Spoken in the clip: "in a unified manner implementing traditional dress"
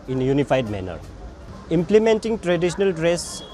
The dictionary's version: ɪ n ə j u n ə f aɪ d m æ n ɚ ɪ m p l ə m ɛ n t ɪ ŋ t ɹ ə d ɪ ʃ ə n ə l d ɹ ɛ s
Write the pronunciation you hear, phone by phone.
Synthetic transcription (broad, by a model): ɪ n j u n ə p aɪ d m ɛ n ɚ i m p l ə m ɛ n t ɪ ŋ t ɹ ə d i s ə n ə l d ɹ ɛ s